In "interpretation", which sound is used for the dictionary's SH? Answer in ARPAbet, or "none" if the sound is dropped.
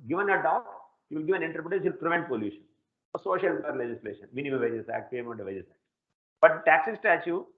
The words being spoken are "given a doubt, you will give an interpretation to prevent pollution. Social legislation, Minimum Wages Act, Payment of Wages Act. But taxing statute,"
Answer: none